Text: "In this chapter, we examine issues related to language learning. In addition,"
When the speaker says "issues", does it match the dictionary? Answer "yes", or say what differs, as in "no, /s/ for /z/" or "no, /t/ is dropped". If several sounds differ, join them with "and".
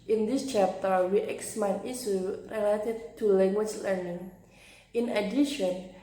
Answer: no, /z/ is dropped